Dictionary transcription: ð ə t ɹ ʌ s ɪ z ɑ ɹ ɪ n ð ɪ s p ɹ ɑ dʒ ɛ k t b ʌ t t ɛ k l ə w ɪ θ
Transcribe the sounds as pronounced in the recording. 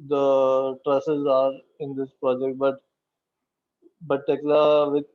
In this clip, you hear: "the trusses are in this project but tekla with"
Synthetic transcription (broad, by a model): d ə t ɹ ʌ s ɪ z ɑ ɹ ɪ n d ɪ s p ɹ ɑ dʒ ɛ k t b ʌ t t ɛ k l ə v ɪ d